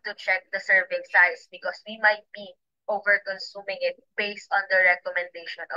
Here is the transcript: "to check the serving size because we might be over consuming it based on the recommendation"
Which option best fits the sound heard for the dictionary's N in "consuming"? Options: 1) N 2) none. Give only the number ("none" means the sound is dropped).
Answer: 1